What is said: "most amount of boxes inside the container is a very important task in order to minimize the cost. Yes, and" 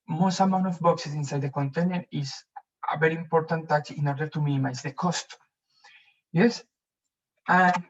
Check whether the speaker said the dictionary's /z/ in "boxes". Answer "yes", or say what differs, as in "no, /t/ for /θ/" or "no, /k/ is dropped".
no, /s/ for /z/